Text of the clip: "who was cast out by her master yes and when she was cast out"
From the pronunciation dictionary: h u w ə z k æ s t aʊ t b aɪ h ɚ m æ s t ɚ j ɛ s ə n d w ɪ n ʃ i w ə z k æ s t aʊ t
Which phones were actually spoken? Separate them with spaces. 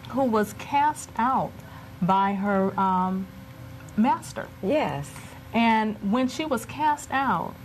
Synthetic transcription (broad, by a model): h u w ə z k æ s t aʊ t b aɪ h ɚ m æ s t ɚ j ɛ s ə n w ɪ n ʃ i w ə z k æ s t aʊ t